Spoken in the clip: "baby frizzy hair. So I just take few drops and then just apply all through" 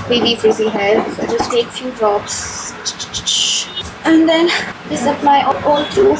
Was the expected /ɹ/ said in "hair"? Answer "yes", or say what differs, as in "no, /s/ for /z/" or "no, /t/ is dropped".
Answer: no, /l/ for /ɹ/